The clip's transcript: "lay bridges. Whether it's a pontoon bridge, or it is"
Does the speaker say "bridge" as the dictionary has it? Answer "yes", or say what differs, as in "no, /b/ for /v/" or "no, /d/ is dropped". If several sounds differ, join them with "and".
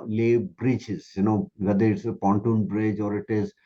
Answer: yes